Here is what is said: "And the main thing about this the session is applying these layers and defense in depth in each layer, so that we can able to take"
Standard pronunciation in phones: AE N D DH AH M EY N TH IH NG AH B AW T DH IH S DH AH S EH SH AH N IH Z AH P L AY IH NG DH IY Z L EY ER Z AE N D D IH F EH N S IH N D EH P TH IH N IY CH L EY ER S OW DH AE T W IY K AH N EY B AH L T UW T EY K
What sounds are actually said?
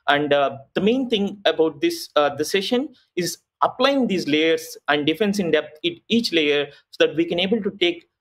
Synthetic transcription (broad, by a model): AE N D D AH M EY N T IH NG AH B AW T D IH S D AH S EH SH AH N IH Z AH P L AY IH NG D IY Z L EY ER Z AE N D D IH F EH N S IH N D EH P T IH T IY CH L EY ER S OW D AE T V IY K AH N EY B AH L T UW T EY K